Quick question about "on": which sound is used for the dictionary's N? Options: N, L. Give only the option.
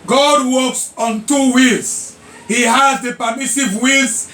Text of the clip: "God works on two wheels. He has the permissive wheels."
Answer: N